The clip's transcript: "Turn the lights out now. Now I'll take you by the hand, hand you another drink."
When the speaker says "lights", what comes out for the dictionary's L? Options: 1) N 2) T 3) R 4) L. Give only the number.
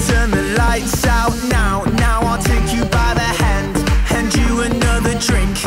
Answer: 4